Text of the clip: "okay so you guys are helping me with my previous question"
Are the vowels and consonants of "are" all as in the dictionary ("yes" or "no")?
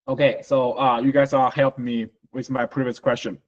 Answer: no